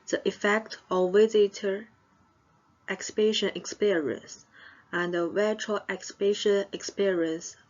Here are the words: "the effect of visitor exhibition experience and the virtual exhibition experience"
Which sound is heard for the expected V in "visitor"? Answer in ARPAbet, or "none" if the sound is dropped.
W